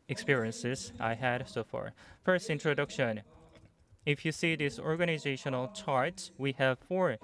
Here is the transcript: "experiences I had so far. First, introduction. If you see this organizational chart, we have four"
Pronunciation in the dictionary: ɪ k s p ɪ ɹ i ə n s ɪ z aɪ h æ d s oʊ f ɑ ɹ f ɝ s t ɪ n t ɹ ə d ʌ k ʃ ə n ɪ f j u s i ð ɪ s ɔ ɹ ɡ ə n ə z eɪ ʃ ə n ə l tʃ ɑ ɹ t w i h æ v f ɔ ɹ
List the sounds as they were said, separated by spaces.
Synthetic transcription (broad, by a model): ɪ k s p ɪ ɹ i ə n s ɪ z aɪ h æ d s oʊ f ɑ ɹ f ɝ s t ɪ n t ɹ ə d ʌ k ʃ ə n ɪ f j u s i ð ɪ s ɔ ɹ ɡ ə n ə z eɪ ʃ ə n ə l tʃ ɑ ɹ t w i h æ v f ɔ ɹ